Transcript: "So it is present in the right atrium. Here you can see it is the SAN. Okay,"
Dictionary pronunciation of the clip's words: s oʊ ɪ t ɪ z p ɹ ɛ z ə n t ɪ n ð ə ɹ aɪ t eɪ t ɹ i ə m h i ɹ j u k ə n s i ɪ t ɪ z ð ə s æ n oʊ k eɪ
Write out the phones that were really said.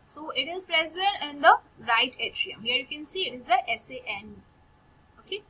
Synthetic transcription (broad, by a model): s oʊ ɪ t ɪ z ɹ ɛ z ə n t ɪ n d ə ɹ aɪ t eɪ t ɹ i ə m h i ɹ j u k ə n s i ɪ t ɪ z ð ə s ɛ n oʊ k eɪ